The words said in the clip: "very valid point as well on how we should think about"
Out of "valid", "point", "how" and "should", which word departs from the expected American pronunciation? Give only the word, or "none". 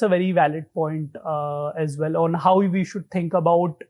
none